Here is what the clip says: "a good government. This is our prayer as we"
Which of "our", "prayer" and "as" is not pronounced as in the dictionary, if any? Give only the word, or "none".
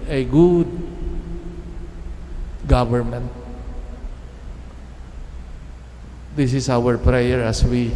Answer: as